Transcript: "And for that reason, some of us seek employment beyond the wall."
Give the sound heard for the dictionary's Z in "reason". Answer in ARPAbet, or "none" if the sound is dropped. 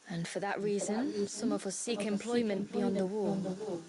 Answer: Z